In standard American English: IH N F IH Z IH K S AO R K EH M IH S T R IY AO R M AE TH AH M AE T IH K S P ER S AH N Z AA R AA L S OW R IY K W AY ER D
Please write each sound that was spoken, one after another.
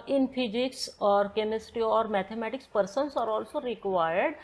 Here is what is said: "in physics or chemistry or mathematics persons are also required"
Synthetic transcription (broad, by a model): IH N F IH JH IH K S AO R K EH M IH S T IY AO R M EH T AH M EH T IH K S P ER S AH N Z AA R AA L S OW R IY K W AY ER D